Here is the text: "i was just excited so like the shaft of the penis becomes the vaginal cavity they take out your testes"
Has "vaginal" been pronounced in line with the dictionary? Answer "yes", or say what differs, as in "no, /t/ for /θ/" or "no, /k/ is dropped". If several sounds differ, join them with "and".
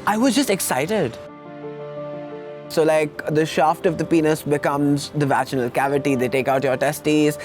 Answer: no, /tʃ/ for /dʒ/